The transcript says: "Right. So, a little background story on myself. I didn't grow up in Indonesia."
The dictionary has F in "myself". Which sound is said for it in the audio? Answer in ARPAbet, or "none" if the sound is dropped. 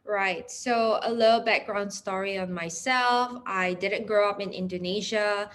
F